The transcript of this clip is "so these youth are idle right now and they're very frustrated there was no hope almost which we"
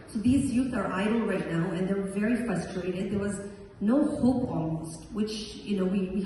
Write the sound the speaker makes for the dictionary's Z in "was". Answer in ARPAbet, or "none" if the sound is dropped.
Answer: Z